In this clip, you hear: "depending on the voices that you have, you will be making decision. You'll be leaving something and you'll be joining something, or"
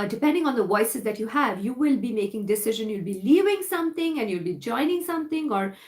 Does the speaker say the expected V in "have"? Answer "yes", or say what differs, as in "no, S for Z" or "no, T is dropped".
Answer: yes